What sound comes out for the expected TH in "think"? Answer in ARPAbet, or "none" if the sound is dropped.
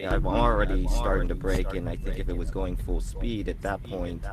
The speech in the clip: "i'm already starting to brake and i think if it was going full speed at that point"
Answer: TH